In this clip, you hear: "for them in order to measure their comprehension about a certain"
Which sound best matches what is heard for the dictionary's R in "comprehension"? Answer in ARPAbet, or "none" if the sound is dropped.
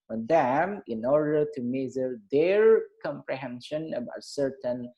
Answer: R